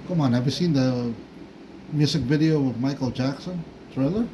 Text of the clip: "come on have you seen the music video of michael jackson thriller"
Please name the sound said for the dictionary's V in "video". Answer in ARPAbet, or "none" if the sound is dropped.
V